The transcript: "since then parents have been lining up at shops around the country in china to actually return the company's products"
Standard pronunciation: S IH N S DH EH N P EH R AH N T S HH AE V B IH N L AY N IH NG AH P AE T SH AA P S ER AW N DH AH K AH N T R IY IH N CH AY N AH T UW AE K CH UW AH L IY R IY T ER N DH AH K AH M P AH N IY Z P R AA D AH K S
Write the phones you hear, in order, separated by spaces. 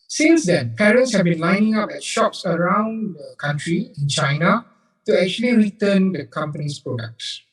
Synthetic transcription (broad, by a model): S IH N S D EH N P EH R AH N T S HH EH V B IH N L AY N IH NG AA P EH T SH AA P S ER AW N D AH K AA N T R IY IH N CH AY N AH T UW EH K CH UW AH L IY R IY T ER N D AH K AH M P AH N IY S P R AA D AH K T